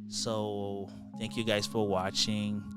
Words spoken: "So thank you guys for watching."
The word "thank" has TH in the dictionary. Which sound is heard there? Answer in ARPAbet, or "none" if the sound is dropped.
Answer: TH